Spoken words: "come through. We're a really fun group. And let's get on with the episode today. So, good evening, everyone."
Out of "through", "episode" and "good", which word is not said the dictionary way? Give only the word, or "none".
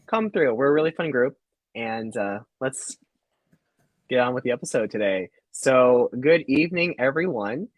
none